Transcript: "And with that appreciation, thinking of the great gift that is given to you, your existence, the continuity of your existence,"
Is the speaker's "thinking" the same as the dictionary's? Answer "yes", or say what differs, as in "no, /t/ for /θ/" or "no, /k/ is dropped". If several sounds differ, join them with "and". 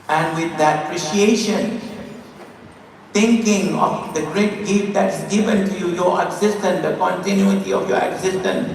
no, /t/ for /θ/